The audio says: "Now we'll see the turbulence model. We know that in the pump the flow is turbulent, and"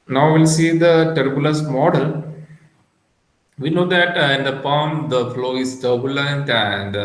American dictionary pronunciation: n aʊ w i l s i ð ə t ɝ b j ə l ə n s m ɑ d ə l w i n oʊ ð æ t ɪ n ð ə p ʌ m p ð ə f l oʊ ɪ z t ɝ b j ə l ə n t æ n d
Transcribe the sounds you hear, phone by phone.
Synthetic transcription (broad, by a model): n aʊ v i l s i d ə t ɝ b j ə l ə s m ɑ d ə l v i n oʊ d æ t ɪ n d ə p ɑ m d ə f l oʊ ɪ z t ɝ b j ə l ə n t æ n d